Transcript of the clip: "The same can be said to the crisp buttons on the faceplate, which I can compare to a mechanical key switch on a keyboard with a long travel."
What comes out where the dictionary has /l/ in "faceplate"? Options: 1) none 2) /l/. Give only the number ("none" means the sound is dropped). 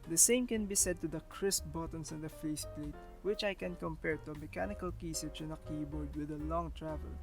2